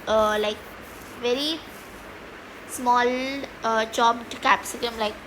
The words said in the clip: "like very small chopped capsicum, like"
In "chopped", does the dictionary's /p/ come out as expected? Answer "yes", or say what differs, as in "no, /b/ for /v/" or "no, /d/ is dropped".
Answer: no, /b/ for /p/